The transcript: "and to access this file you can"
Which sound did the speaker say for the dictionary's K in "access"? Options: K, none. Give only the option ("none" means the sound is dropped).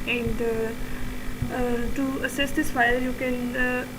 none